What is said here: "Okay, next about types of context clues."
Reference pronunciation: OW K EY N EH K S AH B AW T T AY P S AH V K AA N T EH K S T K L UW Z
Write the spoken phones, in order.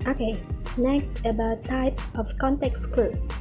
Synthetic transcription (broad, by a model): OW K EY N EH K S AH B AW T T AY P S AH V K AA N T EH K S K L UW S